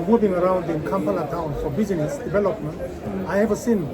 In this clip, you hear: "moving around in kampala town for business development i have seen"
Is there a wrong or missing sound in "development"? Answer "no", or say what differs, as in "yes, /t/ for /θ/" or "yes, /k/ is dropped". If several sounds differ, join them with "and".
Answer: yes, /b/ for /v/